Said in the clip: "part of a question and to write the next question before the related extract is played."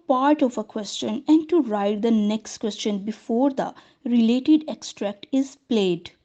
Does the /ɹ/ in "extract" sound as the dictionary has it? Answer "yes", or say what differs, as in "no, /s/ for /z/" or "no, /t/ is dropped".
yes